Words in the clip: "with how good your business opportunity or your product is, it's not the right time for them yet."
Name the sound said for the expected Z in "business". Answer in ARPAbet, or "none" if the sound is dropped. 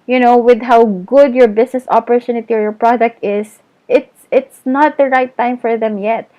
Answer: S